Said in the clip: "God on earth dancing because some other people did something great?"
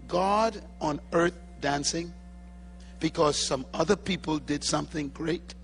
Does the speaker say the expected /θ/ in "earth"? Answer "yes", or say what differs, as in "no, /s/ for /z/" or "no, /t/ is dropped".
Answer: yes